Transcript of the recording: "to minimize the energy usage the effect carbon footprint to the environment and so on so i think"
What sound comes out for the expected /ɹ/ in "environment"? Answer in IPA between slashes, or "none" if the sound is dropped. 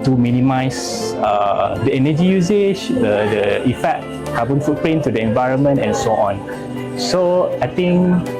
/ɹ/